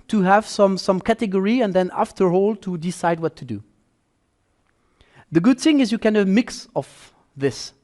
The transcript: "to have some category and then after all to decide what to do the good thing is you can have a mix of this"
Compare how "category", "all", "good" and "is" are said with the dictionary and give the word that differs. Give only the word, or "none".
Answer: none